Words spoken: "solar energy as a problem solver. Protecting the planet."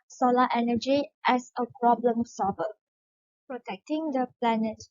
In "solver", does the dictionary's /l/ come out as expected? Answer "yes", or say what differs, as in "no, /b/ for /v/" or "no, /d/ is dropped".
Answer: no, /l/ is dropped